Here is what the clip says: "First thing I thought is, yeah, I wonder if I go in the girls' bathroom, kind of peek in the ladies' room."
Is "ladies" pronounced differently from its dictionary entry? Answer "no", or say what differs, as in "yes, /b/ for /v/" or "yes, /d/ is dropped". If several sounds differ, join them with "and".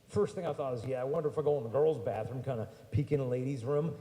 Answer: no